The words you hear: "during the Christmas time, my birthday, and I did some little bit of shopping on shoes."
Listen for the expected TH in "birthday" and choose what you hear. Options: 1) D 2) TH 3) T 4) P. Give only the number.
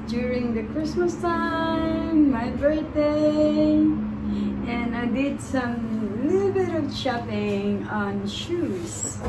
3